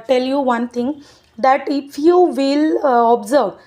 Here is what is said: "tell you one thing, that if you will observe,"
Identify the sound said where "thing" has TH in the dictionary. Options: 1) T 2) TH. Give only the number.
1